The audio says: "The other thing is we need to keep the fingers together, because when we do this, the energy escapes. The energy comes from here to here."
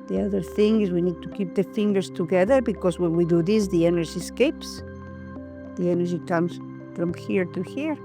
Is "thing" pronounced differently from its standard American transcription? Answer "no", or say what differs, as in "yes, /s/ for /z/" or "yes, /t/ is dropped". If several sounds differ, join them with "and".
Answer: no